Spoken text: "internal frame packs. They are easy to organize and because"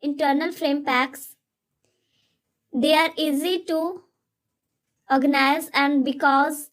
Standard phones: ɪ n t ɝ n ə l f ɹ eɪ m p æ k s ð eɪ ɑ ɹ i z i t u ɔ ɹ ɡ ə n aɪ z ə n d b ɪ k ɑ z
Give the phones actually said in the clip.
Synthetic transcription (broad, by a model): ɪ n t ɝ n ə l f ɹ eɪ m p æ k s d eɪ ɑ ɹ i z i t u ɔ ɹ ɡ ə n aɪ z ə n d b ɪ k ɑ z